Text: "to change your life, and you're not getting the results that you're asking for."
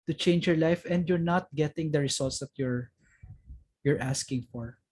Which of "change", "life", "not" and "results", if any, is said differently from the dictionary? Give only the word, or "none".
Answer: results